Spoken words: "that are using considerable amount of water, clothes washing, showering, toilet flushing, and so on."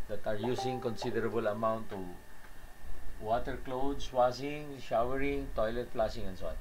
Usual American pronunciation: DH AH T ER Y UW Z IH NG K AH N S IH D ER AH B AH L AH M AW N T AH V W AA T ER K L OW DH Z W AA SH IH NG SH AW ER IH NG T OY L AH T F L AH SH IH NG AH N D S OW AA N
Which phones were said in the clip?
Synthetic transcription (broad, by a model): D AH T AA Y UW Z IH NG K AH N S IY D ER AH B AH L AH M AW N T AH W AA T ER K L OW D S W AA S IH NG SH AW ER IH NG T OY L AH T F L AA S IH NG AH N S OW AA N